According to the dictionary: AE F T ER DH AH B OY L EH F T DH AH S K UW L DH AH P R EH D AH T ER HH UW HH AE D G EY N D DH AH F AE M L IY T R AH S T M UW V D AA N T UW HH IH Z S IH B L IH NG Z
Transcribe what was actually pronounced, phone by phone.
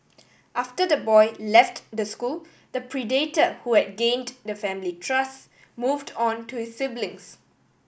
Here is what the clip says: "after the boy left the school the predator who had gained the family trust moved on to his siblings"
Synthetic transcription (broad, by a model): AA F T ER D AH B OY L EH F T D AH S K UW L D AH P R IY D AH T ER HH UW HH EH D G EY N D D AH F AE M L IY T R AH S M UW V D AA N T UW HH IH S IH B L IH NG S